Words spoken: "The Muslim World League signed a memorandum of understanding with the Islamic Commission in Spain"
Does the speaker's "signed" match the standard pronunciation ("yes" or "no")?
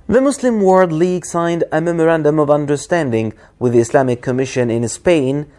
yes